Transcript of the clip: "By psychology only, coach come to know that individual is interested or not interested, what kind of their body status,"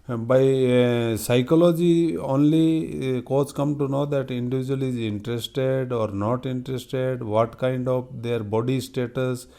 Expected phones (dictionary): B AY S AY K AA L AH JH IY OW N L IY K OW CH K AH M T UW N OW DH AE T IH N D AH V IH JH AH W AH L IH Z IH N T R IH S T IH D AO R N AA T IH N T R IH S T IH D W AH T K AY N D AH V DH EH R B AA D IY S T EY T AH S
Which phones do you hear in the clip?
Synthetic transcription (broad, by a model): B AY S AY K AA L AH JH IY OW N L IY K OW S K AH M T UW N OW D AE T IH N D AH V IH JH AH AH L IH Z IH N T R IH S T IH D AO R N AA T IH N T R IH S T IH D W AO T K AY N D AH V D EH R B AA D IY S T EY T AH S